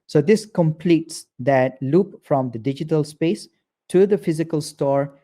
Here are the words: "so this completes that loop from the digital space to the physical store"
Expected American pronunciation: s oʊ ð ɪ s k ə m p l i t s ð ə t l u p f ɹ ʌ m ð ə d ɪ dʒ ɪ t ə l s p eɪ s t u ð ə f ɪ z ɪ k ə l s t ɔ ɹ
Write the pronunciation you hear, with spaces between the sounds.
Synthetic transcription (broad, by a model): s oʊ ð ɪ s k ə m p l i t s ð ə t l u p f ɹ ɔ m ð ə d ɪ dʒ ɪ t ə l s p eɪ s t u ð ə f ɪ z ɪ k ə l s t ɔ ɹ